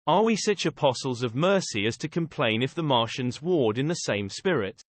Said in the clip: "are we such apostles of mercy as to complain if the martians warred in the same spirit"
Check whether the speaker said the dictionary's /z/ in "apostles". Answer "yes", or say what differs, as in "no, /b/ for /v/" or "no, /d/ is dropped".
yes